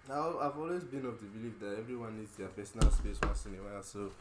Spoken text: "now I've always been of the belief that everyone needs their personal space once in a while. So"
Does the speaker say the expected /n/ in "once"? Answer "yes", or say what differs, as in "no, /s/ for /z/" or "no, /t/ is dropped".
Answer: no, /n/ is dropped